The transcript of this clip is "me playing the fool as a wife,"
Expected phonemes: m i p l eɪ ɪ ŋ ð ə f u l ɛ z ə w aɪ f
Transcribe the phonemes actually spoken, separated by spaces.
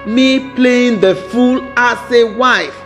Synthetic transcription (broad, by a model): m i p l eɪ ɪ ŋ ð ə f u l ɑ s ə w aɪ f